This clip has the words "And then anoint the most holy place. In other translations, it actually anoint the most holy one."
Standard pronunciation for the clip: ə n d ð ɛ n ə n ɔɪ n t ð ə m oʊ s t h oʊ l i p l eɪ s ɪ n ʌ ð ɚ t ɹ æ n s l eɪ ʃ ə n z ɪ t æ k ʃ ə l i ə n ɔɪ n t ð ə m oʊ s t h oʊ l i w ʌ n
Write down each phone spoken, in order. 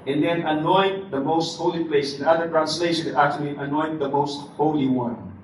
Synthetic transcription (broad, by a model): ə n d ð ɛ n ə n ɔɪ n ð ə m oʊ s t h oʊ l i p l eɪ s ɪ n ʌ ð ɚ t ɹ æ n s l eɪ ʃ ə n ɪ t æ k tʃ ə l i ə n ɔɪ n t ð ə m oʊ s t h oʊ l i w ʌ n